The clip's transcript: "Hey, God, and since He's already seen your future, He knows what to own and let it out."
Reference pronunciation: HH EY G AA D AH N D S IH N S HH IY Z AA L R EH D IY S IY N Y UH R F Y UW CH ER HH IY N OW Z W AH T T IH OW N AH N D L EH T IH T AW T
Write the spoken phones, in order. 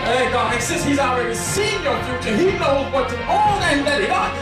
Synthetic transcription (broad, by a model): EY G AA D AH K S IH S HH IY Z AA L R EH D IY S IY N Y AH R F Y UW CH ER HH IY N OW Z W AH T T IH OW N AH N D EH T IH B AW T